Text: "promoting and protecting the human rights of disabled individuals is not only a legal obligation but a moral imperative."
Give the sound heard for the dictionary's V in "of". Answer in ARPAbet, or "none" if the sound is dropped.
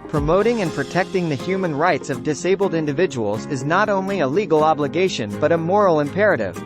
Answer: V